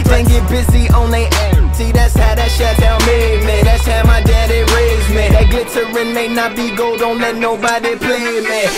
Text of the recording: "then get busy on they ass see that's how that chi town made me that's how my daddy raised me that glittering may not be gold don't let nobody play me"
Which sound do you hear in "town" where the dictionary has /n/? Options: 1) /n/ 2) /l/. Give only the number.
2